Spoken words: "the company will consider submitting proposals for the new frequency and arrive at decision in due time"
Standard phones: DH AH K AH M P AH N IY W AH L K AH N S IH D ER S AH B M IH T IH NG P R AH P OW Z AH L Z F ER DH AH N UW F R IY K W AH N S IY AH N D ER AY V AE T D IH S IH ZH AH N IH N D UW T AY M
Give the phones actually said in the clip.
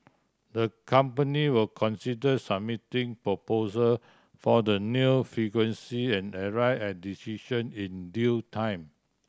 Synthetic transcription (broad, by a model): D AH K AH M P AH N IY W AH L K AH N S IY D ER S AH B M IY T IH NG P R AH P OW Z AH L F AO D AH N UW F R IY K W AH N S IY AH N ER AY EH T D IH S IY SH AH N IH N D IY T AY M